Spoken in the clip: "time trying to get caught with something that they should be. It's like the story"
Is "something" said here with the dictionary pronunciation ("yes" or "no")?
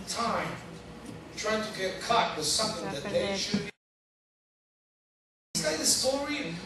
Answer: yes